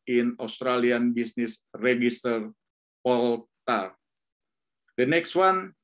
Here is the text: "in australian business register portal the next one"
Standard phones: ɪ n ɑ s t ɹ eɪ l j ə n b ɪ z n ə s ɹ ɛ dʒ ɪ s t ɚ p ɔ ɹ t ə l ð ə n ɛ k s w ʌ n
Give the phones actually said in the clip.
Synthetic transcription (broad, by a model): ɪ n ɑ s t ɹ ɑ l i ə n b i s n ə s ɹ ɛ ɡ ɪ s t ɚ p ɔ l t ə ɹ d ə n ɛ k s w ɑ n